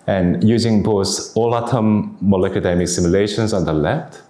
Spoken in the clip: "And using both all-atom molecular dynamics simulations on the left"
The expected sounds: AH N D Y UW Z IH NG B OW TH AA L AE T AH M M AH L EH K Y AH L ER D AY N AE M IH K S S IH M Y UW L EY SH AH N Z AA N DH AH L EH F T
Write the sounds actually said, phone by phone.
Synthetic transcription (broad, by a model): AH N Y UW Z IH NG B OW S AA L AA T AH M M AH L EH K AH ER D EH M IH K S S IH M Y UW L EY SH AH N S AA N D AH L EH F T